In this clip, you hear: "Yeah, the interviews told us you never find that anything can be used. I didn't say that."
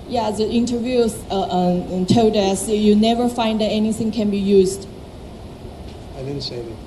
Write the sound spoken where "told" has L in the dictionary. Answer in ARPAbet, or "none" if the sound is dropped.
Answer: none